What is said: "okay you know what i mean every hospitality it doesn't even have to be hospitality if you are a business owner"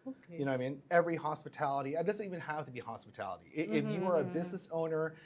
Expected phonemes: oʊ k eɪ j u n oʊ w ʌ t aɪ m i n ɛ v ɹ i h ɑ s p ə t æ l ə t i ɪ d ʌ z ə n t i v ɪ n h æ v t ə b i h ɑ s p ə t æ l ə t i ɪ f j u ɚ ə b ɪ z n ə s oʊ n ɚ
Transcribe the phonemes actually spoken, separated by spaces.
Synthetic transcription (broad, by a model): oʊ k j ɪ n oʊ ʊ aɪ m i n ɛ v ɹ i h ɑ s p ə t æ l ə t i ɪ d ʌ z ə n t i v ɪ n h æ f t ə b i h ɑ s p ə t æ l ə t i ɪ f j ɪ ɚ ə b ɪ z n ə s oʊ n ɚ